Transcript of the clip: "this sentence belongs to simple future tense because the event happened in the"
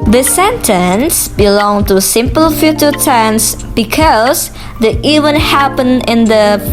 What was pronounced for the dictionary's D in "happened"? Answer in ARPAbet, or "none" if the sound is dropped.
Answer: none